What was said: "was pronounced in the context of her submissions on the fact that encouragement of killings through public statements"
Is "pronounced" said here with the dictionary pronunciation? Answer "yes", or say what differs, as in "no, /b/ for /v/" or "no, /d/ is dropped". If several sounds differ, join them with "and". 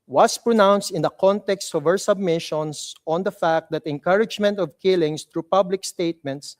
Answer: yes